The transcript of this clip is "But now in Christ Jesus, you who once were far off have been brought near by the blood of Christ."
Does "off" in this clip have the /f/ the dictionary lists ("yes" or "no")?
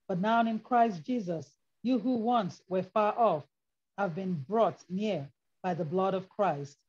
yes